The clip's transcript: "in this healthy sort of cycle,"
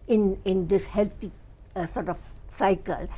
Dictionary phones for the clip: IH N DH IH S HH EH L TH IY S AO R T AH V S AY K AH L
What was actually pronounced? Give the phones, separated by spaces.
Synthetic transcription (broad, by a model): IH N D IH S HH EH L T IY S AO R T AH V S AY K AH L